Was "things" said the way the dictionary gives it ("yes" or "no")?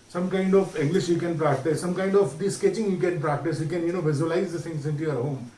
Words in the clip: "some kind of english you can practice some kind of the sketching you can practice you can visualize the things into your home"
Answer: no